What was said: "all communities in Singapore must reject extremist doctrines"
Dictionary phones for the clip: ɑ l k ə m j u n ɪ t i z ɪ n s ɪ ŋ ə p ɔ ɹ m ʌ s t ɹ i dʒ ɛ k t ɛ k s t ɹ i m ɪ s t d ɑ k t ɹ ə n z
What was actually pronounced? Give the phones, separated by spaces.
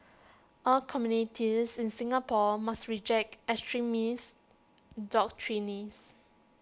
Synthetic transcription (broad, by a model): ɑ l k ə m j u n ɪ t i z ɪ n s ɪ ŋ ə p ɔ m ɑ s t ɹ i dʒ ɛ k t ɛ s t ɹ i m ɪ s d ɑ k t ɹ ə n s